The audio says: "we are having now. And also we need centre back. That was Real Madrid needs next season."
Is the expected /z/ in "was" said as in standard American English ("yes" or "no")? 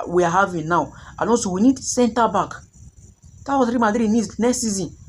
no